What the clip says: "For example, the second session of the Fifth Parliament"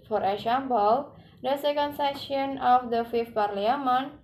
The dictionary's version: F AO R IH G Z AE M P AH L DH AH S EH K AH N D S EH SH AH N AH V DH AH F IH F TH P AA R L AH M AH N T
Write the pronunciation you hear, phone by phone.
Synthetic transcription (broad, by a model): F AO R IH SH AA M B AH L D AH S EH K AH N D S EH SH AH N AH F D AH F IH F T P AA R L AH M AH N